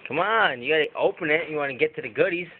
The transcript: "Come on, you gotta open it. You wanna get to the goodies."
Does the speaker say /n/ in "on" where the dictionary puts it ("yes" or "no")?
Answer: yes